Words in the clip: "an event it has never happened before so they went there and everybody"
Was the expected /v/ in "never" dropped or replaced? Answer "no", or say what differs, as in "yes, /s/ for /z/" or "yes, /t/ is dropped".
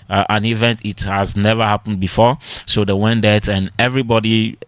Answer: no